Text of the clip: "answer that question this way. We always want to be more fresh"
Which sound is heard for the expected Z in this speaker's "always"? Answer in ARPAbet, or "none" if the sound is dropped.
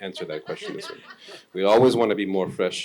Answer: Z